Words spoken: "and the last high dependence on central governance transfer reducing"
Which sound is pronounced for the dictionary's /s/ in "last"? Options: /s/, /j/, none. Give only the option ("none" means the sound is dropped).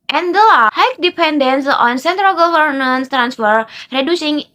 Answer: none